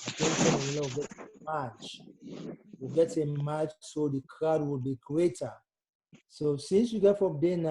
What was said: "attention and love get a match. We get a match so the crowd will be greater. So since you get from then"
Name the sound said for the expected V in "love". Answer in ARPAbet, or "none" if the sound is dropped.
W